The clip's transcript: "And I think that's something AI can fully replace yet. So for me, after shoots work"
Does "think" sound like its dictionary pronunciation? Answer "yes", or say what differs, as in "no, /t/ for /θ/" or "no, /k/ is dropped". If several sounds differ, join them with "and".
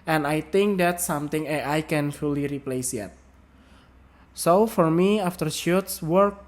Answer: no, /t/ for /θ/